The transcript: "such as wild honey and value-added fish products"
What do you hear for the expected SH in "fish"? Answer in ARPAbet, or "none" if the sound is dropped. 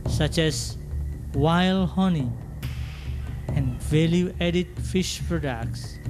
SH